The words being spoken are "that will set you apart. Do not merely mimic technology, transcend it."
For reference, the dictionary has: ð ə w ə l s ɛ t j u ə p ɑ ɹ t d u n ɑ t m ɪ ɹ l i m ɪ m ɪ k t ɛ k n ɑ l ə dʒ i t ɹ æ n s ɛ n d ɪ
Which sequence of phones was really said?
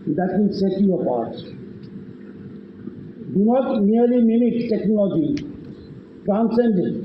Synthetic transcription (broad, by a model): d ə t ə n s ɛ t j u ə p ɑ ɹ t d u n ɑ t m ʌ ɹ l i m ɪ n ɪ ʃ t ɛ k n ɑ l ə dʒ i t ɹ æ n s ɛ n d